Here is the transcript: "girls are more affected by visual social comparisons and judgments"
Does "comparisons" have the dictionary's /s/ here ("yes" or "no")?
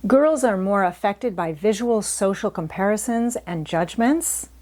yes